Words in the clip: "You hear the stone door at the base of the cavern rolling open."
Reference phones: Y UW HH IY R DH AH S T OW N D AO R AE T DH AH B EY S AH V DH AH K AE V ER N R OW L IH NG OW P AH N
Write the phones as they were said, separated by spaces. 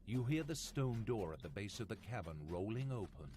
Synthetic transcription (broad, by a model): Y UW HH IY R DH AH S T OW N D AO R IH T DH AH B EY S AH V DH AH K AE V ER N R OW L IH NG OW P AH N